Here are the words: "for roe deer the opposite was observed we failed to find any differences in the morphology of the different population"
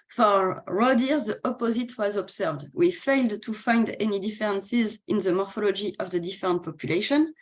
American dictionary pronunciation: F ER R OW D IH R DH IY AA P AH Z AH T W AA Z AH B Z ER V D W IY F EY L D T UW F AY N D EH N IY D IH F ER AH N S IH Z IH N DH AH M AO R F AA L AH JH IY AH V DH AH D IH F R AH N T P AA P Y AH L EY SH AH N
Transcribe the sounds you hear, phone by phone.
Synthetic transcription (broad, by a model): F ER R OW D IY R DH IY AA P AH Z AH T W AA Z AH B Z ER V D W IY F EY L D T UW F AY N D EH N IY D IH F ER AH N S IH Z IH N DH AH M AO R F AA L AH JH IY AH V DH AH D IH F R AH N T P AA P Y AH L EY SH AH N